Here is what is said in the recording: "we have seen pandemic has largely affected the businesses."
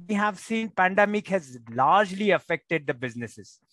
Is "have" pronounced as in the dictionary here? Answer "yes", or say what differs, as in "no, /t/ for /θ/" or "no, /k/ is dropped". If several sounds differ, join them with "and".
yes